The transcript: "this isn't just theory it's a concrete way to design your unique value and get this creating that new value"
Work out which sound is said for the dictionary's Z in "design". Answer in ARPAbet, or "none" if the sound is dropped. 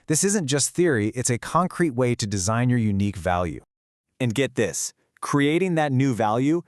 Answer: Z